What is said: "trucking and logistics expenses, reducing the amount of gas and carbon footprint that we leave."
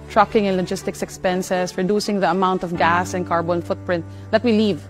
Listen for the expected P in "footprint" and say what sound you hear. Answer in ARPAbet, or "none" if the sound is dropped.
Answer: P